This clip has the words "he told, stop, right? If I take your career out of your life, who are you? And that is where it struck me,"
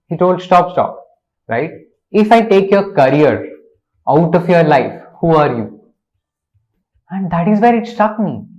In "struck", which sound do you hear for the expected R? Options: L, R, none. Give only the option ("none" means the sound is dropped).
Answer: none